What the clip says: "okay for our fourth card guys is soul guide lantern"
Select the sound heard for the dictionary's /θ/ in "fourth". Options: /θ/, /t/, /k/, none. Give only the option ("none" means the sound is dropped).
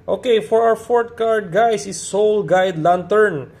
/t/